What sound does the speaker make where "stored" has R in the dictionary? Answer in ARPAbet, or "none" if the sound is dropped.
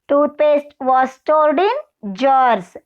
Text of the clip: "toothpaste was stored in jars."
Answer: L